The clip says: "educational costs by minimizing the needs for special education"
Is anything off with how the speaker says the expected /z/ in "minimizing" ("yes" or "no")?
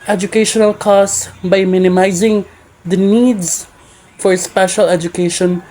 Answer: no